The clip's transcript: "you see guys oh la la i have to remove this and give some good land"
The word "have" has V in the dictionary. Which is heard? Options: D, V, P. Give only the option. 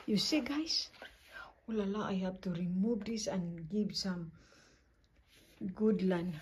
P